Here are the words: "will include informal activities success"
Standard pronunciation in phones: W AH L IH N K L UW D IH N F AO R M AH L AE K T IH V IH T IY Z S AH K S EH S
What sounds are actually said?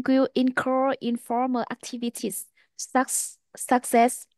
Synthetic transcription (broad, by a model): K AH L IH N K AH IH N F AO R M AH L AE K T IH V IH T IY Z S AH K S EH S